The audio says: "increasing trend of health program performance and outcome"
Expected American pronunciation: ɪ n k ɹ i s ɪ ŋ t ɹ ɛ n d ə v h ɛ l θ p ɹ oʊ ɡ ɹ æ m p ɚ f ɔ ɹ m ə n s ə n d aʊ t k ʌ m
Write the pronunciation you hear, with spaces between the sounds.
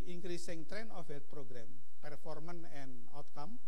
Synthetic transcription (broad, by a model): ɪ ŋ k ɹ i s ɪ ŋ t ɹ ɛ n ə f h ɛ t p ɹ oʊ ɡ ɹ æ m p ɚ f ɔ ɹ m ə n ə n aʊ t k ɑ m